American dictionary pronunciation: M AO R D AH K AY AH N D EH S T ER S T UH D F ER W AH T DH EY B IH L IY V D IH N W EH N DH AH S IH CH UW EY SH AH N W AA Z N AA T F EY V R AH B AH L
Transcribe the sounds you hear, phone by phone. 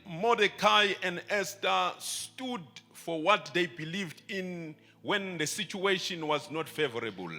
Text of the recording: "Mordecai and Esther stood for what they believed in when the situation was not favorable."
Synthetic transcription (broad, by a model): M AO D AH K AY AH N D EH S T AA S T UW D F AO W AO T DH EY B IH L IY V D IH N W EH N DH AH S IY CH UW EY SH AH N W AA Z N AA T F EY V R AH B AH L